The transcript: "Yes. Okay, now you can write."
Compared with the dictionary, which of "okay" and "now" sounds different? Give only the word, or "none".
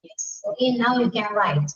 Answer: okay